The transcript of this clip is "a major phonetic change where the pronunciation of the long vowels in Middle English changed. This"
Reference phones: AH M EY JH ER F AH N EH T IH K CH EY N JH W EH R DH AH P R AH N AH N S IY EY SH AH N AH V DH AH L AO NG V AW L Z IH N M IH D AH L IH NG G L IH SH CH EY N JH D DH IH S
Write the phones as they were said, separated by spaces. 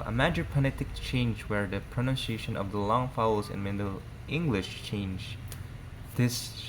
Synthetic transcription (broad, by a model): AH M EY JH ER P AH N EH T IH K CH EY N JH W EH R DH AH P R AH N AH N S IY EY SH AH N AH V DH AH L AO NG F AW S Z IH N M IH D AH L IH NG G L IH SH CH EY N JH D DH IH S